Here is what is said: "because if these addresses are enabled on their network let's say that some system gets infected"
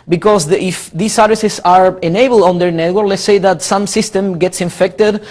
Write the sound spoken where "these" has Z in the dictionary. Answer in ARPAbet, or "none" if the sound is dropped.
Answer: S